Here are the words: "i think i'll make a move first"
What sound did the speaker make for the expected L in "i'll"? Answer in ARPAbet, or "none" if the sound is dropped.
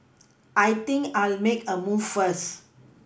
L